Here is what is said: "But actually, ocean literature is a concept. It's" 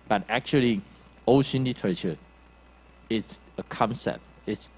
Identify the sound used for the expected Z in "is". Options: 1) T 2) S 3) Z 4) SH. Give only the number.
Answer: 2